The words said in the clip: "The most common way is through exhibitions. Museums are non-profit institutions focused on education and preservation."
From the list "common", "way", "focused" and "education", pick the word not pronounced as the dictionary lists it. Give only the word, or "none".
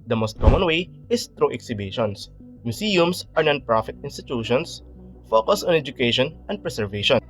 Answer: focused